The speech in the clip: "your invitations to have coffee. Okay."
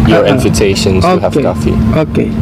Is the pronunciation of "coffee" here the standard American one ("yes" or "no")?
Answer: yes